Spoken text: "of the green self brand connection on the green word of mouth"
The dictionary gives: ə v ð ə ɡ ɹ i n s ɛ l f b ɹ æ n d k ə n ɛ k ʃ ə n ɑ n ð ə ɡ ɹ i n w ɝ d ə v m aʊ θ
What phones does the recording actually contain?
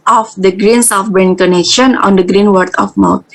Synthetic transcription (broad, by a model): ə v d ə ɡ ɹ i n s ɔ f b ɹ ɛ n k ə n ɛ k ʃ ə n ɑ n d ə ɡ ɹ i n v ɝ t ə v m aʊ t